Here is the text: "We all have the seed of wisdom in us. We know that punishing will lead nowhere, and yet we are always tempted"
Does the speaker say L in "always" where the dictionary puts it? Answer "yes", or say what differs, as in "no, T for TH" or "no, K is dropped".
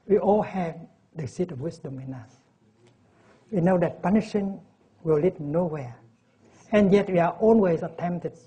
no, N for L